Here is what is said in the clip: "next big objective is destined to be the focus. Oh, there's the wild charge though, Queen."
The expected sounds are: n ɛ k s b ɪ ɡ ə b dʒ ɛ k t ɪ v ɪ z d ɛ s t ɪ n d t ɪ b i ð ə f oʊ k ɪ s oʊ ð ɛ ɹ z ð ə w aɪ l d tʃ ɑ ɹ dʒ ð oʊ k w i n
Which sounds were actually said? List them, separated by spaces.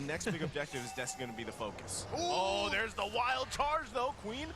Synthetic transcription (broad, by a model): n ɛ k s b ɪ ɡ ə b dʒ ɛ k t ɪ v ɪ z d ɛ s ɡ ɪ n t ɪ b i ð ə f oʊ k ɪ s oʊ ð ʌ ɹ z ð ə w aɪ l d tʃ ɑ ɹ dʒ ð oʊ k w i n